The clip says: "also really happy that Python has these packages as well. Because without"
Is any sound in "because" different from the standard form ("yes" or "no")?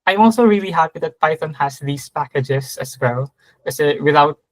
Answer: yes